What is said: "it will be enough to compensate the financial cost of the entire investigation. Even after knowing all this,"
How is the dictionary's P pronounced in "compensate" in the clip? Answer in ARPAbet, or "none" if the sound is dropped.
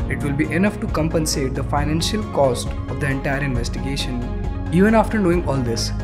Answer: P